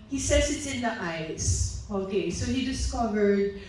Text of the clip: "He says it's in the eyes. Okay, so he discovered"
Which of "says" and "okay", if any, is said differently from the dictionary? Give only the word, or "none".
says